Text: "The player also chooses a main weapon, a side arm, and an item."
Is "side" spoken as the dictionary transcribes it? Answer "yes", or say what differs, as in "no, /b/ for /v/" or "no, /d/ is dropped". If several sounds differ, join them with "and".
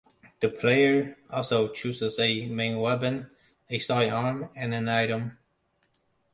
no, /d/ is dropped